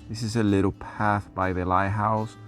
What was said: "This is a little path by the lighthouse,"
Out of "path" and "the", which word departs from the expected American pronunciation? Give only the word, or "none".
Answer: none